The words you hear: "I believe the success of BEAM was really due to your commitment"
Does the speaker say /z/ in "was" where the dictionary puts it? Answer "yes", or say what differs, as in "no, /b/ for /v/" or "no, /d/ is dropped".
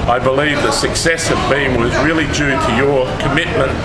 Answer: yes